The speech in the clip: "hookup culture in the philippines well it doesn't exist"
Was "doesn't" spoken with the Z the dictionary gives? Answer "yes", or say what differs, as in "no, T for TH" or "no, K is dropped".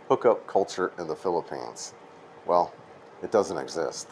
yes